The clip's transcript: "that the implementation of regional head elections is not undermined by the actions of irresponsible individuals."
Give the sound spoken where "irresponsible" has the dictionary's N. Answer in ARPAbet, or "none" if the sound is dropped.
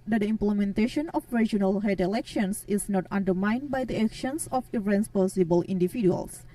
none